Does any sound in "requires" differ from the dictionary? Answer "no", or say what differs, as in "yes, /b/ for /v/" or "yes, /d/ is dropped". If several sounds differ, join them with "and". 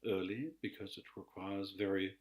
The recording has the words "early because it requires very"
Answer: no